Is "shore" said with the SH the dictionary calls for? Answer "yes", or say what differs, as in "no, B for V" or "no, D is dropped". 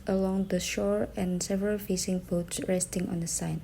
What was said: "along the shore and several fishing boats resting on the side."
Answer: yes